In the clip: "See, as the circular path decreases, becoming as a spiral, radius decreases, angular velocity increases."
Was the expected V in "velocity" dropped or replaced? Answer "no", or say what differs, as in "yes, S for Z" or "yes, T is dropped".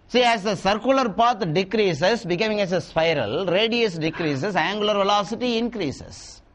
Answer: no